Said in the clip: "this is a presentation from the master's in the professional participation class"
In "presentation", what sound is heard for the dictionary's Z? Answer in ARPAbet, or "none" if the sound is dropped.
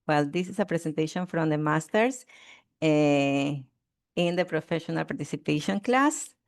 S